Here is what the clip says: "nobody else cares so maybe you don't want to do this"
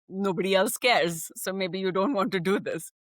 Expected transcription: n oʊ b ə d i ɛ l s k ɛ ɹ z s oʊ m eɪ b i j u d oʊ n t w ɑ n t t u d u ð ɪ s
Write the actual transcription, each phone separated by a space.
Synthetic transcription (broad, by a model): n oʊ b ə d i ɛ l s k ɛ ɹ z s oʊ m eɪ b i j u d oʊ n t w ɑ n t t u d u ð ɪ s